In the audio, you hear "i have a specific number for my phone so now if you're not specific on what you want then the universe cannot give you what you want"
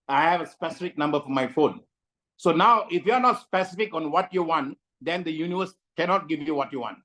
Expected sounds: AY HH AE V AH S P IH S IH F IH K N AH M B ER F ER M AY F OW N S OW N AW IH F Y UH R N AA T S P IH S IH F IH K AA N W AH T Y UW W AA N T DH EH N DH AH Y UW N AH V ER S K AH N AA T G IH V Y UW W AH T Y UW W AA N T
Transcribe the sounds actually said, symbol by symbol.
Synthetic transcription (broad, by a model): AY HH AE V AH S P IH S IH F IH K N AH M B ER F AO M AY F OW N S OW N AW IH F Y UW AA N AA T S P IH S IH F IH K AA N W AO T Y UW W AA N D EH N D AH Y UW N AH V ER S K AH N AA T G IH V Y UW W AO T Y UW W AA N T